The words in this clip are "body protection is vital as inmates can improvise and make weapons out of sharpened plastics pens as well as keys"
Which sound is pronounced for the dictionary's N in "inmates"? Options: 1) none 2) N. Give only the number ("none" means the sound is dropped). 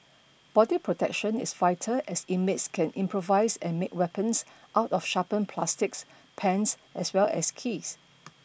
1